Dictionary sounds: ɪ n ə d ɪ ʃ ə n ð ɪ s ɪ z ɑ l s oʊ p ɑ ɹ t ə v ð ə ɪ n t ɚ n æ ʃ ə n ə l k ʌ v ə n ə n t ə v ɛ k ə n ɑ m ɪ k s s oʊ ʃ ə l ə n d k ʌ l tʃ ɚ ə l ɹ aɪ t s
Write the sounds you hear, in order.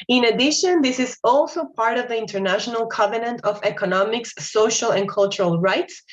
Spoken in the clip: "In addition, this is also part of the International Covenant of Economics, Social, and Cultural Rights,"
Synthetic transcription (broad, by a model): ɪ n ə d ɪ ʃ ə n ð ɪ s ɪ z ɑ l s oʊ p ɑ ɹ t ə v ð ə ɪ n t ɚ n æ ʃ ə n ə l k ʌ v ə n ə n t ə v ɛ k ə n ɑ m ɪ k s s oʊ ʃ ə l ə n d k ʌ l tʃ ɚ ə l ɹ aɪ t s